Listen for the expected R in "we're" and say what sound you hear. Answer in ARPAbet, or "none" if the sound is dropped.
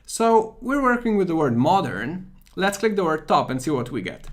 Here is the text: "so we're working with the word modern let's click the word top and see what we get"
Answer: R